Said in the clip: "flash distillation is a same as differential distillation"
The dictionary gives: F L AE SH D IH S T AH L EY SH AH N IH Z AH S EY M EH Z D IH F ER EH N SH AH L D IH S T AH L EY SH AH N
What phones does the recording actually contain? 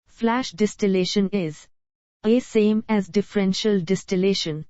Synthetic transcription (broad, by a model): F L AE SH D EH S T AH L EY SH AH N IH Z AH S EY M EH Z D IH F ER EH N SH AH L D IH S T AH L EY SH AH N